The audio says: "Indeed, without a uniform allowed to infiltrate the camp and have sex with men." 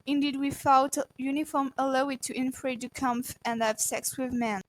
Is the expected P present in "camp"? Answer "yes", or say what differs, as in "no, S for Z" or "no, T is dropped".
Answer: no, F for P